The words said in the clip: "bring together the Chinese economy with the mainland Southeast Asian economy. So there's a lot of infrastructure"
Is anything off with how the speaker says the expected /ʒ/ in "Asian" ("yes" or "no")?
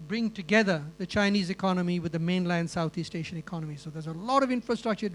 yes